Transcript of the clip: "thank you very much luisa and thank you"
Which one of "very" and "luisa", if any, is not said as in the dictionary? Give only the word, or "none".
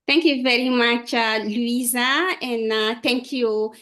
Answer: none